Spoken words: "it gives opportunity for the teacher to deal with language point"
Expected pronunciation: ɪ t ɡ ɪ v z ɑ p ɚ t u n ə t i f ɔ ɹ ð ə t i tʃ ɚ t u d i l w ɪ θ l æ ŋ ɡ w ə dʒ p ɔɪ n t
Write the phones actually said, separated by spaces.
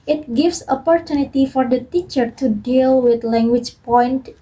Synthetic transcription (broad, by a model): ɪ t ɡ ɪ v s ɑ p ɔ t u n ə t i f ɔ ɹ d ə t i tʃ ɚ t u d i l w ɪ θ l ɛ ŋ ɡ w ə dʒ p ɔɪ n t